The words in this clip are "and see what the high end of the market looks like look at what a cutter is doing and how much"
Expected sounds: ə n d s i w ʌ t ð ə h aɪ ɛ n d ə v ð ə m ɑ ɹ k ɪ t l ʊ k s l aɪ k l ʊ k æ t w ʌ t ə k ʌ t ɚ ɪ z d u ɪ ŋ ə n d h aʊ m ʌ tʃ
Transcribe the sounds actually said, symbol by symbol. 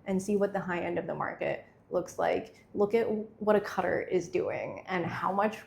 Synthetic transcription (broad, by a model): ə n s i w ʌ t ð ə h aɪ ɛ n d ə v ð ə m ɑ ɹ k ɪ t l ʊ k s l aɪ k l ʊ k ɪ t w ʌ t ə k ʌ t ɚ ɪ z d u ɪ ŋ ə n h aʊ m ʌ tʃ